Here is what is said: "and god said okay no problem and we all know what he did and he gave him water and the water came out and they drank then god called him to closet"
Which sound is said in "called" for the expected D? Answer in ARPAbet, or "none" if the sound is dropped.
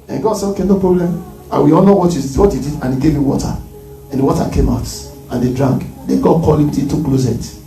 none